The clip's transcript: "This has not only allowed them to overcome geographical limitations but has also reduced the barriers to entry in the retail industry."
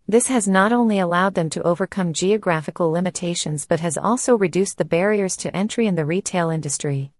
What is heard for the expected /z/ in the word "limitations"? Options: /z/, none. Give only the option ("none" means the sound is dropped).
/z/